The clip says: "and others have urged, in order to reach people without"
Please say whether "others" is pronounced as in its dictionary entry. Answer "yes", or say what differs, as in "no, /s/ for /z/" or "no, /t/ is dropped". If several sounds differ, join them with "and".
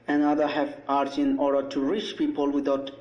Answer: no, /z/ is dropped